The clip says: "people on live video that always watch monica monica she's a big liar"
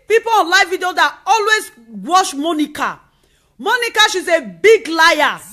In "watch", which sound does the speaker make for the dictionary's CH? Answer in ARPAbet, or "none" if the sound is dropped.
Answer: SH